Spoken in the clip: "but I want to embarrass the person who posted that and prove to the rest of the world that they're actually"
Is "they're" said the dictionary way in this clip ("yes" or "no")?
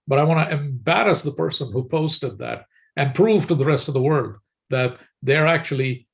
yes